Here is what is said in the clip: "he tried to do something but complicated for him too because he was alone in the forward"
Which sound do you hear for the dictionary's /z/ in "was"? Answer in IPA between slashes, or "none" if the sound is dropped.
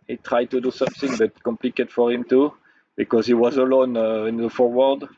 /z/